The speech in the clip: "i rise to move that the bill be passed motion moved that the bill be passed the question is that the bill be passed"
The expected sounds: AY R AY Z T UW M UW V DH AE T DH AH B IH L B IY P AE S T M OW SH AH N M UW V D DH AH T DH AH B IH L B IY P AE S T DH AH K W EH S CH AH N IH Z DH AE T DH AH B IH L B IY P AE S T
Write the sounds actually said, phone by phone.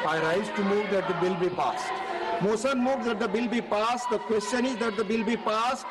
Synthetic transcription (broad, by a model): AY R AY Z T UW M UW V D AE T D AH B IH L B IY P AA S T M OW S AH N M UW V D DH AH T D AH B IH L B IY P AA S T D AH K W EH S CH AH N IH Z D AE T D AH B IH L B IY P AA S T